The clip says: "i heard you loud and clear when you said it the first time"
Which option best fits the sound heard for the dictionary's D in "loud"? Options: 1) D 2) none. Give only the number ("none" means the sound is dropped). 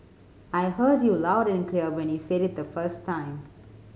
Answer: 1